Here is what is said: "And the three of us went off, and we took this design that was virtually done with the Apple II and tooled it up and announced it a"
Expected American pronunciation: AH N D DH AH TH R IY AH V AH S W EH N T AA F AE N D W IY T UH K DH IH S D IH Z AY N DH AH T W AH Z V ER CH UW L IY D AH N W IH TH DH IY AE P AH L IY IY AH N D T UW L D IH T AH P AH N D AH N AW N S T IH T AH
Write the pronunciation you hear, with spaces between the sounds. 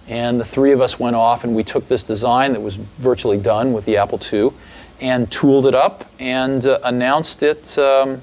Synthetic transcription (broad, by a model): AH N DH AH TH R IY AH V AH S W EH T AA F N W IY T UH K DH IH S D IH Z AY N DH AH T W AH Z V ER CH UW L IY D AH N W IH DH IY AE P L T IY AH N T UW L D IH T AH P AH N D AH N AW N S T IH T